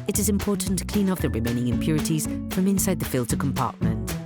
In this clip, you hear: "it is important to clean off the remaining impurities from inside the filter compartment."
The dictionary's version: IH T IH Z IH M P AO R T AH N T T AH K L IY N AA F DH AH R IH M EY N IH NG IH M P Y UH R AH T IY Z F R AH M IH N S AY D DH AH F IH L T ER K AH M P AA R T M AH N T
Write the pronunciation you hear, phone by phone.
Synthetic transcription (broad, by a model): IH T IH Z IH M P AO T N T T AH K L IY N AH P DH AH R IH M EY N IH NG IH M P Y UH R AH T IY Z F R AH M IH N S AY D DH AH F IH L T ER K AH M P AA T M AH N T